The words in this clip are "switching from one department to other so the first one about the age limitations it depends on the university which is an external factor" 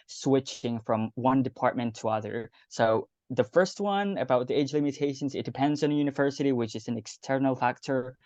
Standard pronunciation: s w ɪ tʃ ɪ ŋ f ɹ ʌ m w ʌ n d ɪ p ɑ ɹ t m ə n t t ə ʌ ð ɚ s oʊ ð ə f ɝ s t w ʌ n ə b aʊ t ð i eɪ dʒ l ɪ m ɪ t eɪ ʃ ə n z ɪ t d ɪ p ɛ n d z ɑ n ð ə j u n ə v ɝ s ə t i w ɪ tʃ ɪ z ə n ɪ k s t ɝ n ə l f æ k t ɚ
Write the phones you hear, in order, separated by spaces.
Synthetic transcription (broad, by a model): s w ɪ tʃ ɪ ŋ f ɹ ʌ m w ʌ n d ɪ p ɑ ɹ t m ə n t t ə ʌ ð ɚ s oʊ ð ə f ɝ s t w ʌ n ə b aʊ t ð i eɪ dʒ l ɪ m ɪ t eɪ ʃ ə n z ɪ t d ɪ p ɛ n d z n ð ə j u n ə v ɝ s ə t i w ɪ tʃ ɪ z n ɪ k s t ɝ n l f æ k t ɚ